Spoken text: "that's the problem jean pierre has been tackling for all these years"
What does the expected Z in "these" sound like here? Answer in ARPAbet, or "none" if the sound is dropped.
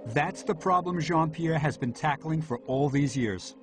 Z